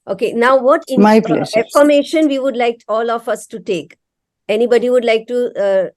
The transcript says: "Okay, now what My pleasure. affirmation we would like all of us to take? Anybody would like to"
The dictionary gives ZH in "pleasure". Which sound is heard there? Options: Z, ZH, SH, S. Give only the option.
S